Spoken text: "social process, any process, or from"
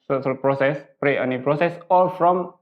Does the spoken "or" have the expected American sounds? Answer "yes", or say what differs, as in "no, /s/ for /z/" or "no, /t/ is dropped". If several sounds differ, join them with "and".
no, /l/ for /ɹ/